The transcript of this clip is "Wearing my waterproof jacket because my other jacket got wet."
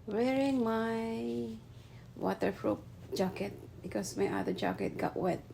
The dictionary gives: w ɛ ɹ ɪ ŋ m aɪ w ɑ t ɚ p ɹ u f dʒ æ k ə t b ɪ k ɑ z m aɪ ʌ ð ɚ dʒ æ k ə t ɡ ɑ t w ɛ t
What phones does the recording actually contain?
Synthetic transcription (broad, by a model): w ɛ ɹ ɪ ŋ m aɪ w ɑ t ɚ f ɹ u p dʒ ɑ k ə t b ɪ k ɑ s m aɪ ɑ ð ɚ dʒ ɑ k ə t ɡ ɑ t w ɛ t